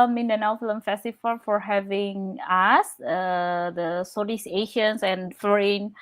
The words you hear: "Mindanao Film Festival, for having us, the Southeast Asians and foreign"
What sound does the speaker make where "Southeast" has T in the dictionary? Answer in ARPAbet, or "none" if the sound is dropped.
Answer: none